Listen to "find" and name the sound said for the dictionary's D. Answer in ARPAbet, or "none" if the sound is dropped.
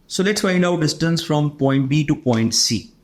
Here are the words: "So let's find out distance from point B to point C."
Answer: none